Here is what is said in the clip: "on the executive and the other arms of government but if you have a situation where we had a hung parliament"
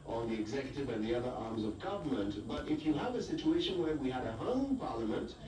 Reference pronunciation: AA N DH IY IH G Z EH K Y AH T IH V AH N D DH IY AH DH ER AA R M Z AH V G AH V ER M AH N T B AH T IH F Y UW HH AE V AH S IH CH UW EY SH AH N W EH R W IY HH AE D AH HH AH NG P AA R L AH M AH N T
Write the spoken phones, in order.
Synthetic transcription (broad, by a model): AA N DH IY IH G Z EH K Y AH T IH V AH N DH IY AH DH ER AA R M Z AH V G AH V ER M AH N T B AH T IH F Y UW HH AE V AH S IH CH UW EY SH AH N W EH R W IY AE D AH HH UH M P AA R L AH M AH N T